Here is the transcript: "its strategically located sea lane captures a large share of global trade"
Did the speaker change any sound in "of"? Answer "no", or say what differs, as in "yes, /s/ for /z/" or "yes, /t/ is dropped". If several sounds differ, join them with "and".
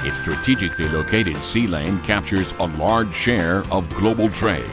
no